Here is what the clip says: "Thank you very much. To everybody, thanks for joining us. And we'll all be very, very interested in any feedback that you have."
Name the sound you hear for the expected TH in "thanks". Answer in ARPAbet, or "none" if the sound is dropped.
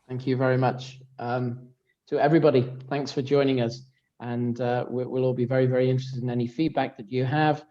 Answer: TH